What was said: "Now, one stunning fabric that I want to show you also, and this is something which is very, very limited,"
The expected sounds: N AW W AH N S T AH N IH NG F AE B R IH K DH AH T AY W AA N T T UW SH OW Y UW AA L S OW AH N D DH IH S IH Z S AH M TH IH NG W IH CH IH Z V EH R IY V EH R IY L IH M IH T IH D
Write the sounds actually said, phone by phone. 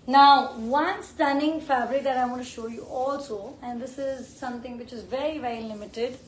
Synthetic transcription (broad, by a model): N AW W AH N S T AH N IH NG F AE B R IH K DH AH T AY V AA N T T UW SH OW Y UW AA L S OW AH N D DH IH S IH Z S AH M T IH NG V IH CH IH Z V EH R IY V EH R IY L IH M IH T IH D